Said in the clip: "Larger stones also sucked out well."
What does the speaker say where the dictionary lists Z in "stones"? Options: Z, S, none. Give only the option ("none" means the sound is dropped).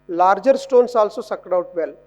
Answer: S